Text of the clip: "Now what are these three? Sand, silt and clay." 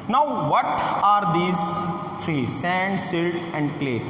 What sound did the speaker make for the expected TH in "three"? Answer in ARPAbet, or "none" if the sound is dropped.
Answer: T